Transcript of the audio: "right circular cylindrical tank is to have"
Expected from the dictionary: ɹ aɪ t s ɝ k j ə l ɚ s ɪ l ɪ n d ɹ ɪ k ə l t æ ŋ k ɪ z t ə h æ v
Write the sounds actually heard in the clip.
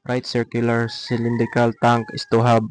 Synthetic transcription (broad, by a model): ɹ aɪ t s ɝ k j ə l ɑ s ɪ l ɪ n d ɹ ɪ k ə l t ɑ ŋ k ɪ s t ə h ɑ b